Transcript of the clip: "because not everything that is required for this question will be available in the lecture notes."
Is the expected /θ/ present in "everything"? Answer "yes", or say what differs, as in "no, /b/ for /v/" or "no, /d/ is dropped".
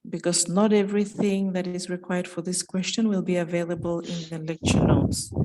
yes